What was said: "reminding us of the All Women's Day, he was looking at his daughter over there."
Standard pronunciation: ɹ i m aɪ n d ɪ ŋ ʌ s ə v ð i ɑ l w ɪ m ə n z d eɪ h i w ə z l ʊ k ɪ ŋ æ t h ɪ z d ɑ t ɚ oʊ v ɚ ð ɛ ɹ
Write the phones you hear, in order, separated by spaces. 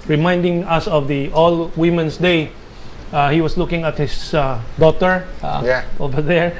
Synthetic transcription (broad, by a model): ɹ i m aɪ n d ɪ ŋ ʌ s ə v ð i ɑ l w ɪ m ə n s d eɪ h i w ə s l ʊ k ɪ ŋ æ t h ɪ s d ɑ t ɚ oʊ v ɚ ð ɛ ɹ